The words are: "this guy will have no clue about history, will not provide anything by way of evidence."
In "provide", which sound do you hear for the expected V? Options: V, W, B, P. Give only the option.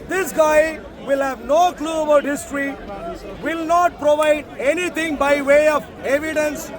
V